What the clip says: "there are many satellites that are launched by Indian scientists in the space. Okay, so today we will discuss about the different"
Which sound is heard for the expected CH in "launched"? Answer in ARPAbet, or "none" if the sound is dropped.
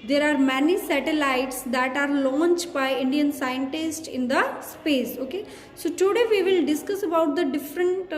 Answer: CH